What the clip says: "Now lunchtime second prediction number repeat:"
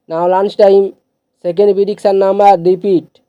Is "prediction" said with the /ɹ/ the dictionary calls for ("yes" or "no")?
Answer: no